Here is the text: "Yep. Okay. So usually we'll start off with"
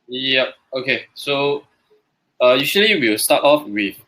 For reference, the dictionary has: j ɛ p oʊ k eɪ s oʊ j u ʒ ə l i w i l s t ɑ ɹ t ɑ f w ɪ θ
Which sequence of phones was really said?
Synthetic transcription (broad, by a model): j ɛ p oʊ k eɪ s oʊ j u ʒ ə l i w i w s t ɑ t ɑ f w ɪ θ